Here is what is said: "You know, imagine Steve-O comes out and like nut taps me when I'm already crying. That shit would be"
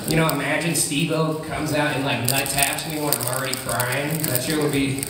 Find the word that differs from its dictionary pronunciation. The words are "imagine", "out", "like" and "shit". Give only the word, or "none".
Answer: shit